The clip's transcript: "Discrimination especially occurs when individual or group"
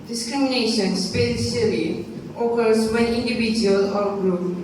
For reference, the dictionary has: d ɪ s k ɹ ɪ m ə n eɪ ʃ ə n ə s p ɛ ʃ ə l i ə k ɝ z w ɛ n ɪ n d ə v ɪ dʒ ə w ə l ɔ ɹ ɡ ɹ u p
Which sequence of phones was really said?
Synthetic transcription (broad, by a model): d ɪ s k ɹ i m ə n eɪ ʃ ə n s p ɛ s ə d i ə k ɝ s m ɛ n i n d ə b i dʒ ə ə l ɔ ɹ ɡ ɹ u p